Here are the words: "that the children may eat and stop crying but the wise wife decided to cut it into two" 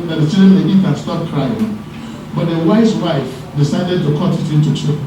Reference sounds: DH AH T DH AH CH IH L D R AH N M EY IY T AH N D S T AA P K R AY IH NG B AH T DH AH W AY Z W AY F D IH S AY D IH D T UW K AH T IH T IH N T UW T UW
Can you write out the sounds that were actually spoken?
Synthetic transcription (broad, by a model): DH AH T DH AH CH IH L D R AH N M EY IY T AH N S T AA P K R AY IH NG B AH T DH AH W AY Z W AY F D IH S AY D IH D T UW K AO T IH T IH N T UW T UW